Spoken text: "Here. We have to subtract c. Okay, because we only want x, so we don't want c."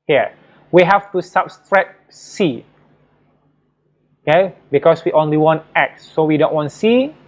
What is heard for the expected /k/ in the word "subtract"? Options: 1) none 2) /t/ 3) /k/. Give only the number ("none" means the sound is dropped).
1